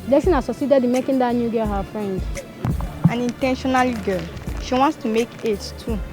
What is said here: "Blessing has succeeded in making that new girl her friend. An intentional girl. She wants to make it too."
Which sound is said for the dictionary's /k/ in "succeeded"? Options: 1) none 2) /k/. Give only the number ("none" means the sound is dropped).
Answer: 1